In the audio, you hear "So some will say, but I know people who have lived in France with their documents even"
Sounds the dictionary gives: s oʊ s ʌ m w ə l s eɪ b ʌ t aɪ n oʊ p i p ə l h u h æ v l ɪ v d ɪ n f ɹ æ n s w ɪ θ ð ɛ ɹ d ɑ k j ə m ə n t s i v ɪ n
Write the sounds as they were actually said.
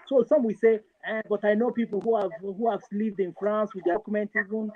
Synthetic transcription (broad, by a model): s oʊ s ʌ m w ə s eɪ b ʌ t aɪ n oʊ p i p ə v h u h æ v l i v d ɪ n f ɹ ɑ n s w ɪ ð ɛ k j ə m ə n t i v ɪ n